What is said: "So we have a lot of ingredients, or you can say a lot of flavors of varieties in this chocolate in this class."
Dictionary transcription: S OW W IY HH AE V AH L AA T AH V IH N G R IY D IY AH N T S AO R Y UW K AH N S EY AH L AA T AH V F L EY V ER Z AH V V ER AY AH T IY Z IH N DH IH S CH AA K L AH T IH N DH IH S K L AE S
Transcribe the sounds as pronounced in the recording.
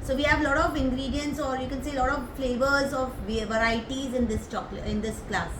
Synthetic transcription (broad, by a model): S OW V IY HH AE V L AA T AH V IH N G R IY D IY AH N T S AO R Y UW K AH N S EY AH L AA T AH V F L EY V ER Z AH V V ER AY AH T IY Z IH N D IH S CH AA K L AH IH N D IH S K L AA S